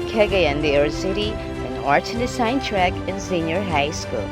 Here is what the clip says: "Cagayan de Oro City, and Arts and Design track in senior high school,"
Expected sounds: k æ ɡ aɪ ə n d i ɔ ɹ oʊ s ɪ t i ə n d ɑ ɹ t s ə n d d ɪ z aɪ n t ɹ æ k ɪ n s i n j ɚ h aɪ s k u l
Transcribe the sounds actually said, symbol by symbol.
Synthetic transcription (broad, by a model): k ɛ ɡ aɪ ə n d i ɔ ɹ s ɪ t i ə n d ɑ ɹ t ə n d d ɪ s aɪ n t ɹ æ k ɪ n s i n j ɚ h aɪ s k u l